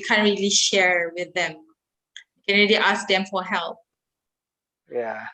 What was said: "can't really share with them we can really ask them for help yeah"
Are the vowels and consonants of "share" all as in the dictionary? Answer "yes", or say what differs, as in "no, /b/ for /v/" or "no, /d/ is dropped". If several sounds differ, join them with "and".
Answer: yes